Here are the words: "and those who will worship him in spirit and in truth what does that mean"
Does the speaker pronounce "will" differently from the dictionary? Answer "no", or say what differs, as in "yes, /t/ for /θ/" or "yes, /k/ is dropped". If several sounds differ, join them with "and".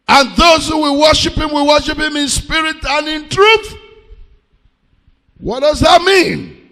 yes, /w/ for /l/